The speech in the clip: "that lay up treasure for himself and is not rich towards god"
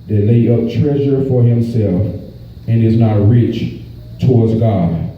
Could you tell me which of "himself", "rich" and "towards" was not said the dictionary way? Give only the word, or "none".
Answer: none